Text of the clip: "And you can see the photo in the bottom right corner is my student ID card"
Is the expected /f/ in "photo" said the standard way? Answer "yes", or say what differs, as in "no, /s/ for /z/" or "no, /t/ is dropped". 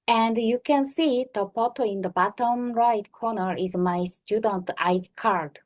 no, /p/ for /f/